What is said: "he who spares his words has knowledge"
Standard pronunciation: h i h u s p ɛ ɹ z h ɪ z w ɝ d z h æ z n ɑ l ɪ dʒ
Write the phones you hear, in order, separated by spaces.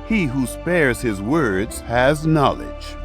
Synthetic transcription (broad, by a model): h i h u s p ɛ ɹ z h ɪ z w ɝ d z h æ z n ɑ l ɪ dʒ